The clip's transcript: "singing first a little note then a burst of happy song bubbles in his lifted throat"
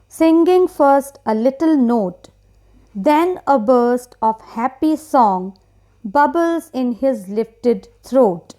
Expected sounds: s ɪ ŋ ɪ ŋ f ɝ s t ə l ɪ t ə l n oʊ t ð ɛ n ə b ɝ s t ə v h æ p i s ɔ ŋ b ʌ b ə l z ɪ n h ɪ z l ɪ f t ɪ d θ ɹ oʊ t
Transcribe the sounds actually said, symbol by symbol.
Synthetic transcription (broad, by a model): s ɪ ŋ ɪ ŋ f ɝ s t ə l ɪ t ə l n oʊ t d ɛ n ə b ɝ s t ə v h æ p i s ɔ ŋ b ʌ b ə l z ɪ n h ɪ z l ɪ f t ɪ d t ɹ oʊ t